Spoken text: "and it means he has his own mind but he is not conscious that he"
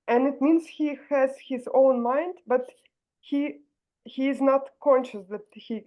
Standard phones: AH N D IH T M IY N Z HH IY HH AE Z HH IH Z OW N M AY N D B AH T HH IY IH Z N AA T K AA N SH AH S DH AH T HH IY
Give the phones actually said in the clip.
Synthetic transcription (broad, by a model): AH N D IH T M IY N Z HH IY HH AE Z HH IH Z OW N M AY N D B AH T HH IY IH Z N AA T K AA N SH AH S DH AH T HH IY